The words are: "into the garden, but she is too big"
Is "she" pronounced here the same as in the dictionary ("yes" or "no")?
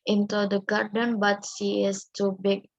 no